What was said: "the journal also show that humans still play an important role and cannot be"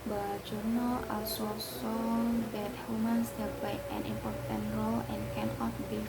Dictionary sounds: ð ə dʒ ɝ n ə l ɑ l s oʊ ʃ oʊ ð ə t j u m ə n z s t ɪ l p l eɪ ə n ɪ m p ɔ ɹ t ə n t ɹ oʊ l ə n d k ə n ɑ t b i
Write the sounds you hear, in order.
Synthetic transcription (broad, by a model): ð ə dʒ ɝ n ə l ɑ l s oʊ s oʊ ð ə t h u m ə n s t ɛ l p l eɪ ə n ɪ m p ɔ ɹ t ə n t ɹ oʊ l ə n k ə n ɑ t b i